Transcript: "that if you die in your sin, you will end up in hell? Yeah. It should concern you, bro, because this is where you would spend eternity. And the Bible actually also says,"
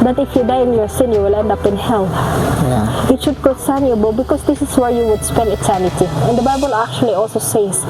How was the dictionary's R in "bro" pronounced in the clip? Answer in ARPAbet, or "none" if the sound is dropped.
none